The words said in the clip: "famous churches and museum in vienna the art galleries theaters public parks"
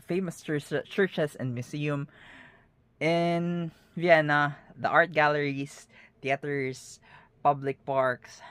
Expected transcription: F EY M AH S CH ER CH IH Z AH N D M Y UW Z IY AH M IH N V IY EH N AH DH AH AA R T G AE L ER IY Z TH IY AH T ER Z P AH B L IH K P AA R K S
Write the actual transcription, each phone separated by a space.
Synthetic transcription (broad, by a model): F EY M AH S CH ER CH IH S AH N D M Y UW S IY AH M IH N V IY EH N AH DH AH AA R T G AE L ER IY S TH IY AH T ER S P AH B L IH K P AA R K S